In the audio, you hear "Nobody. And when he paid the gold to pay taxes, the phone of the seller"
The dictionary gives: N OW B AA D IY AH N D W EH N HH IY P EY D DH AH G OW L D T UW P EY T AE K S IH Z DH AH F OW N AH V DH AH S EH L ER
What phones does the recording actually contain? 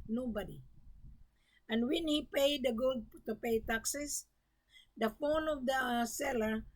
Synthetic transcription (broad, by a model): N OW B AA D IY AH N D W EH N HH IY P EY D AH G OW L D T UW P EY T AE K S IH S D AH F OW N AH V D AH S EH L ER